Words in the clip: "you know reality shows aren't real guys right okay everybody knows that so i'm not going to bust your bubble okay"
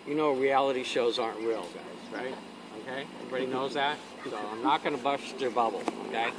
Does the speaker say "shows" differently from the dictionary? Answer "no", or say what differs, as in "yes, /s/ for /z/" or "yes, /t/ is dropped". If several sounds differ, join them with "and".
no